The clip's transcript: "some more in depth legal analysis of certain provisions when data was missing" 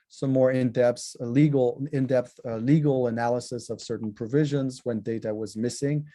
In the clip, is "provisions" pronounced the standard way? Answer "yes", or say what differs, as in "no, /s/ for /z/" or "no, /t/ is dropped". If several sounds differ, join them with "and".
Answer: yes